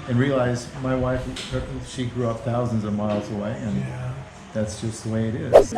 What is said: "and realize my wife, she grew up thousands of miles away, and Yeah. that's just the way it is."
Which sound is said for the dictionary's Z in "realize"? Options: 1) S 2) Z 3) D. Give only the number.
2